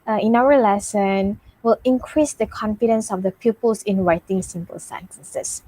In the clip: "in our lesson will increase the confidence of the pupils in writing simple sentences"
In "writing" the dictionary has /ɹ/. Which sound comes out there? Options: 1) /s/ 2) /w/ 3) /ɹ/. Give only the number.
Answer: 2